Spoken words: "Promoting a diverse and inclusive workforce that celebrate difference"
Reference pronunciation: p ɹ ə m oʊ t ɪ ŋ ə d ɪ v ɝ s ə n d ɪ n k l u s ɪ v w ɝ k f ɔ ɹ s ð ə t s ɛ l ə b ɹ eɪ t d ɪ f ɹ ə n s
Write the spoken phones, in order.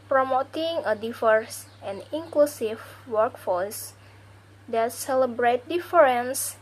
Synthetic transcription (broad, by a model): p ɹ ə m oʊ t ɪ ŋ ə d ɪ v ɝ s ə n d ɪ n k l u s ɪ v w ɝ k f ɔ l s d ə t s ɛ l ə b ɹ eɪ t d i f ɹ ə n s